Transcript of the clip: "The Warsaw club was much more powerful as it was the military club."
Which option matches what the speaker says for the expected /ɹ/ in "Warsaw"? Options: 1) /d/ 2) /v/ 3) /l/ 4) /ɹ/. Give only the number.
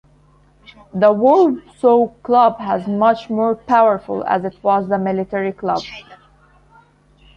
3